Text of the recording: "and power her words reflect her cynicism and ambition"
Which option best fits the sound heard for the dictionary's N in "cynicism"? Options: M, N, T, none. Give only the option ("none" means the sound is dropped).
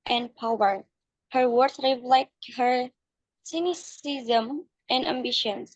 N